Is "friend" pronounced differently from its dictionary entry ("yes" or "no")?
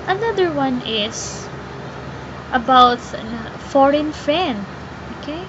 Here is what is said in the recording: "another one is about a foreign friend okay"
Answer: yes